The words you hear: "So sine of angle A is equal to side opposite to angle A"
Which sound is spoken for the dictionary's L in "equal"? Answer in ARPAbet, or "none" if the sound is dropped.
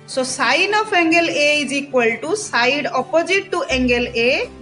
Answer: L